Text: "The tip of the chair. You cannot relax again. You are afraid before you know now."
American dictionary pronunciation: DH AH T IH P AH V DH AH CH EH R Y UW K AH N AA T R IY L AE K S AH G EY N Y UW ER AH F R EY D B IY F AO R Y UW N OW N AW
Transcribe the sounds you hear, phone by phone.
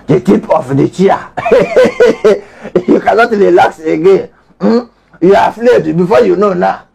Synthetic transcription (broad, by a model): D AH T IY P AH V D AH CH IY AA Y UW K AH N AA T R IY L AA K S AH G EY N Y UW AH F L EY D B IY F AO Y UW N OW N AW